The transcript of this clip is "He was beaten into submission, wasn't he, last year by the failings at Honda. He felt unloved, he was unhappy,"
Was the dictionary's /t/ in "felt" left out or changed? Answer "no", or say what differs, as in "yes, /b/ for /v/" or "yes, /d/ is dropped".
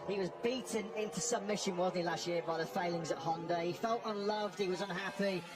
no